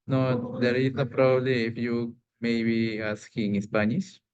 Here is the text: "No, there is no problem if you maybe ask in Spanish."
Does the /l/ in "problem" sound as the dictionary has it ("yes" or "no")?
no